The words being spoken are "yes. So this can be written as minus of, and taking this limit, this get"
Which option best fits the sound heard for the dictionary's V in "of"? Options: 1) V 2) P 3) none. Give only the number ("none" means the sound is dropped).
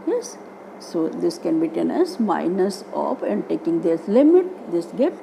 2